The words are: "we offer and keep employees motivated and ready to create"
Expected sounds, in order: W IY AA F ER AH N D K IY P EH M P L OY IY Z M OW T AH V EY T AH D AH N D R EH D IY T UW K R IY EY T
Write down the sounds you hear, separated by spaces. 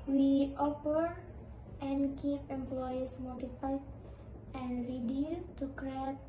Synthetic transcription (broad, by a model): W IY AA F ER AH N K IY P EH M P L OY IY S M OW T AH P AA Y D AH N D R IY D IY T UW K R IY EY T